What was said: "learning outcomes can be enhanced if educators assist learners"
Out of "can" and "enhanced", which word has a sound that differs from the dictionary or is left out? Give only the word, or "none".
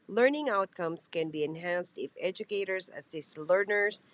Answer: none